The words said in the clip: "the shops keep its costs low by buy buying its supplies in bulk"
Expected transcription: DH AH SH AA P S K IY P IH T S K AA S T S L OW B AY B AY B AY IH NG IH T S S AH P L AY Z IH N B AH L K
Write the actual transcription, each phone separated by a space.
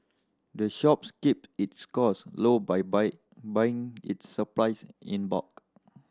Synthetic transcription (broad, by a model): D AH SH AA P S K IY P IH T S K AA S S L OW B B AY B AY IH NG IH T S S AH P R AY S IH N B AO K